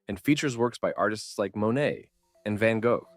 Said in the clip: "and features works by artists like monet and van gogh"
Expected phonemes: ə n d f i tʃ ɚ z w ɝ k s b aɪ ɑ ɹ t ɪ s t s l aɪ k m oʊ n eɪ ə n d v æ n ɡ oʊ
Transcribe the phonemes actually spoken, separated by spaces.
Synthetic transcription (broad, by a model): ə n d f i tʃ ɚ z w ɝ k s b aɪ ɑ ɹ t ɪ s t s l aɪ k m oʊ n eɪ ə n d v æ n ɡ oʊ